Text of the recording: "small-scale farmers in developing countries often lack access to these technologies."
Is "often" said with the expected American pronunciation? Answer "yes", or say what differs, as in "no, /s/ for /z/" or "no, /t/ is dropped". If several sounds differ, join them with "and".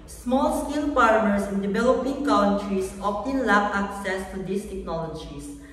no, /p/ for /f/